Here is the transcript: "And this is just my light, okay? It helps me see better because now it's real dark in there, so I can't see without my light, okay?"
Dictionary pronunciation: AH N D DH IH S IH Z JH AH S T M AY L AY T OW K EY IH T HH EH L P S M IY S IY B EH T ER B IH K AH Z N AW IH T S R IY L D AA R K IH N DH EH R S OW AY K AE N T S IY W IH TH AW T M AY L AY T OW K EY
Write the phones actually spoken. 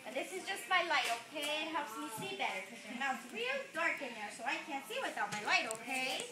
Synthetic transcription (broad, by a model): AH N DH IH S IH Z JH AH S T M AY L AY T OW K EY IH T HH EH L P S M IY S IY B EH T ER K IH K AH N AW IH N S R IY L D AA R K IH N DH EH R S OW AY K AE N T S IY W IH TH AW T M AY L AY T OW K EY